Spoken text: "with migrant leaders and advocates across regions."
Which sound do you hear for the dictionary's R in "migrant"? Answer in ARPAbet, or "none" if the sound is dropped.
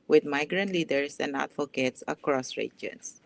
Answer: R